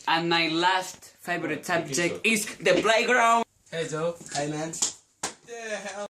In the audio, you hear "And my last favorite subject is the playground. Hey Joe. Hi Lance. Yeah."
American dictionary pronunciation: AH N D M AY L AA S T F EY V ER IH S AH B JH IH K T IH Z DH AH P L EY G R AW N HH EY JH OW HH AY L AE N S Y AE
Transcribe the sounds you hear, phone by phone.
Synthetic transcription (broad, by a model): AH N M AY L AA S T F EY V ER IH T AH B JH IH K IH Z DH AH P L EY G R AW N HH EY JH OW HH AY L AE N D